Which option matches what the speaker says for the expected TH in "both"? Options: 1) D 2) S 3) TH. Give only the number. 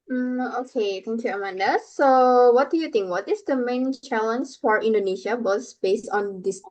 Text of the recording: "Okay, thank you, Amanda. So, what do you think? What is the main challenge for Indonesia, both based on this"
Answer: 2